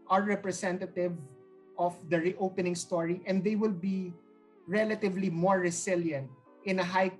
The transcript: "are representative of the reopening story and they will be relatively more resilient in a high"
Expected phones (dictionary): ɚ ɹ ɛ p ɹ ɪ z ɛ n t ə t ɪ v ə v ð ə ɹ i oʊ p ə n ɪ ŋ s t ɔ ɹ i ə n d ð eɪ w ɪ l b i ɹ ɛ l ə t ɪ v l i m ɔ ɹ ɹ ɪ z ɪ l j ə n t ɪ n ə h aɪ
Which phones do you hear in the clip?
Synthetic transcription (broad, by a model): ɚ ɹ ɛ p ɹ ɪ s ɛ n t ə t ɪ v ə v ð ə ɹ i oʊ p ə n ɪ ŋ s t ɔ ɹ i ə n d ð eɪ w ɪ l b i ɹ ɛ l ə t ɪ v l i m ɔ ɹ ɹ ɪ s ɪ l j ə n t ɪ n ə h aɪ